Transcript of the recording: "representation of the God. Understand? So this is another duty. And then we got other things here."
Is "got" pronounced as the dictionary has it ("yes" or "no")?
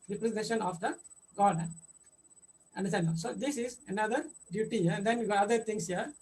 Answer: no